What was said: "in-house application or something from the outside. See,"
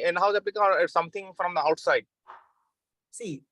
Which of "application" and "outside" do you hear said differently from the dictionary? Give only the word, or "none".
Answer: application